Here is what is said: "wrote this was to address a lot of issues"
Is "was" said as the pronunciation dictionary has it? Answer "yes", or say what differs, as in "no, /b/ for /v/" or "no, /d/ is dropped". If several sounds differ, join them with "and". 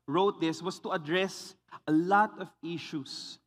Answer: no, /s/ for /z/